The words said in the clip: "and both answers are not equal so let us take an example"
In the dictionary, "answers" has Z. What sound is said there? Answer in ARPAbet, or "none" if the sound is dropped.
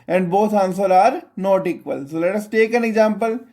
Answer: none